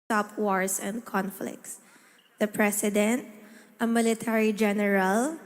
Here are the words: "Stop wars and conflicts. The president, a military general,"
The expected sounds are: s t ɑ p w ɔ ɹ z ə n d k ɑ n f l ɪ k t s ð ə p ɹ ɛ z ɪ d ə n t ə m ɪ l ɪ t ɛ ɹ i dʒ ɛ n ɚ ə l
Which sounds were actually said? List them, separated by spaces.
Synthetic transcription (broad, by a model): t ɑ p w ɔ ɹ s ə n d k ɑ n f l ɪ k t s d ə p ɹ ɛ s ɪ d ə n t ə m ɪ l ɪ t ɛ ɹ i dʒ ɛ n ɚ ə l